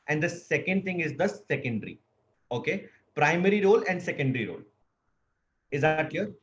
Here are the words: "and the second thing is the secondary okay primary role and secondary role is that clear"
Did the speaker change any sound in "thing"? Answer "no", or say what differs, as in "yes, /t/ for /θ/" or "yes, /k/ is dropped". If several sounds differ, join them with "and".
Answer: yes, /t/ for /θ/